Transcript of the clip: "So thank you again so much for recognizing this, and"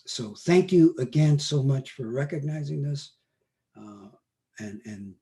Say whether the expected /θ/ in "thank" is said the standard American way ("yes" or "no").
yes